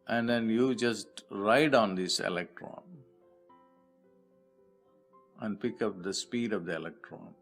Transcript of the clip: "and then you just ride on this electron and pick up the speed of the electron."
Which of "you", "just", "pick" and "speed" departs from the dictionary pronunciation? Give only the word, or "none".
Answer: none